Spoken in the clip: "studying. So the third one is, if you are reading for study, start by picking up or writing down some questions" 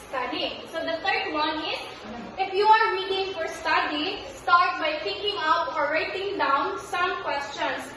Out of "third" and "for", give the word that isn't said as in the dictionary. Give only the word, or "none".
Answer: third